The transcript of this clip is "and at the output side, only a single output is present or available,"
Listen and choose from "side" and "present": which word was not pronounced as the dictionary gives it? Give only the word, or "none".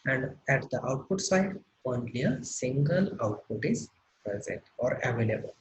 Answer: none